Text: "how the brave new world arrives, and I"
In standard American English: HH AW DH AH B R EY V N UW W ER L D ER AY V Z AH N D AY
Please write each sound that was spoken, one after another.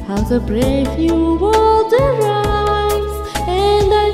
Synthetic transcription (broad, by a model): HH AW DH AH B R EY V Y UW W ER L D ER AY Z AH N D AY